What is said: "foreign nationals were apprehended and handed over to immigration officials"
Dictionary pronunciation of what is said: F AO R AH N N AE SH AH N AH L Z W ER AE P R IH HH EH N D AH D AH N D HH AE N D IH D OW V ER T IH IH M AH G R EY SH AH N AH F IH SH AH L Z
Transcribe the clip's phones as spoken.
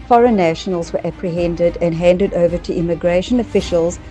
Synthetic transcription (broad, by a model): F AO R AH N N AE SH AH N AH L Z W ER AE P R IH HH EH N D AH D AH N HH AE N D IH D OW V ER T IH IH M AH G R EY SH AH N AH F IH SH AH L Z